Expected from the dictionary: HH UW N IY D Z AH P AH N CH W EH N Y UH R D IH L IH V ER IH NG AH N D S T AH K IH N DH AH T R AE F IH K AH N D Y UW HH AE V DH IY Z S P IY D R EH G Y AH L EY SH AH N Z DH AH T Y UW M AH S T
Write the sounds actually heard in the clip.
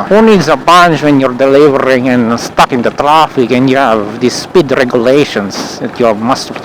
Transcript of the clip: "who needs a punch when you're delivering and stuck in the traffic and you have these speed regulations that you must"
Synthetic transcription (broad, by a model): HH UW N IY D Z AH B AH N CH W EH N Y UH R D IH L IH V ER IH NG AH N S T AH K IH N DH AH T R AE F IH K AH N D Y UW HH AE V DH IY S P IY D R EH G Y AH L EY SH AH N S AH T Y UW M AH S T